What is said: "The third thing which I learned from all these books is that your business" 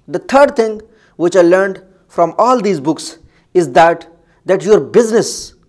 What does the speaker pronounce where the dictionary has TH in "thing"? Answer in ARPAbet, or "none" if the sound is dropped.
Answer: T